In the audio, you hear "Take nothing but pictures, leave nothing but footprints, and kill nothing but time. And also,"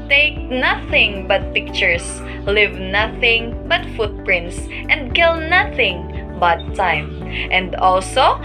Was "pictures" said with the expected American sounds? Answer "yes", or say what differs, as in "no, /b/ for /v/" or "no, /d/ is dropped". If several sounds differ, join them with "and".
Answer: no, /s/ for /z/